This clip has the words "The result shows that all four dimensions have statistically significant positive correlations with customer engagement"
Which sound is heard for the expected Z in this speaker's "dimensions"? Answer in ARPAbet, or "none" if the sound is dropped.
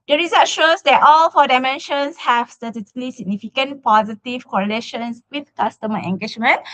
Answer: S